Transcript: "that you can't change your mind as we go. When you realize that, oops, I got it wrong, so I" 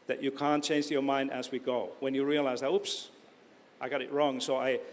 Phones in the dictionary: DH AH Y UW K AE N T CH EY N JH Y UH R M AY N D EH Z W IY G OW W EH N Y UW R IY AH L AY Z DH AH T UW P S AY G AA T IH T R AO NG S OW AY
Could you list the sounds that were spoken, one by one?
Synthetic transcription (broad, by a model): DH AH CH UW K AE N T CH EY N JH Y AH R M AY N D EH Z W IY G OW W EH N Y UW R IY AH L AY Z DH AH T UW P S AY G AA T IH T R AO NG S OW AY